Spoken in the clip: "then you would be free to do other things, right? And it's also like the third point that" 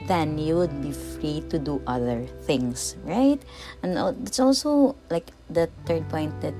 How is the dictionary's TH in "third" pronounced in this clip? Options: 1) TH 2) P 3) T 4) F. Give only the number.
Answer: 3